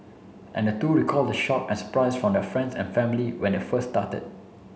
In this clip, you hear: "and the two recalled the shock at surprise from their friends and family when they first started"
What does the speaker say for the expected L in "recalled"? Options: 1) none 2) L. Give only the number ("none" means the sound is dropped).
2